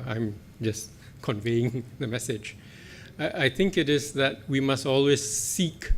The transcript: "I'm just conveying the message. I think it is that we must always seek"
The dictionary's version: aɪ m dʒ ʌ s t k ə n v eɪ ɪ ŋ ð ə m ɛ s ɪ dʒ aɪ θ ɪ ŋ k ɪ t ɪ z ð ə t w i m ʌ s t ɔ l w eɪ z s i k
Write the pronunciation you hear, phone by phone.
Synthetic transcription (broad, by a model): aɪ m dʒ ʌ s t k ə n v eɪ ɪ ŋ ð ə m ɛ s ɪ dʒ aɪ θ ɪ ŋ k ɪ t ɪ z ð ə t w i m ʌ s t ɔ l w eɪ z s i k